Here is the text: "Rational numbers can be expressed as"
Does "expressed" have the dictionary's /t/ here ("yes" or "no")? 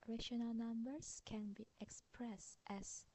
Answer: yes